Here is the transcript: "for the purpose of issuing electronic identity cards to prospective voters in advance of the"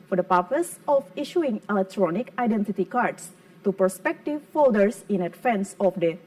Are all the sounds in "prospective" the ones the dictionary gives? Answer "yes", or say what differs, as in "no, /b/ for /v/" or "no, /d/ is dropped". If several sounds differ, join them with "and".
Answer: no, /ɹ/ is dropped